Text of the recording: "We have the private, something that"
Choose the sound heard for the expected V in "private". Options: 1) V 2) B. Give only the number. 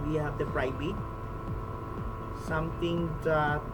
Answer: 2